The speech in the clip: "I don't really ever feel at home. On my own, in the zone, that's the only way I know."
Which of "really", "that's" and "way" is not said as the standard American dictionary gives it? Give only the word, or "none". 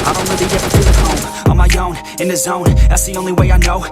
really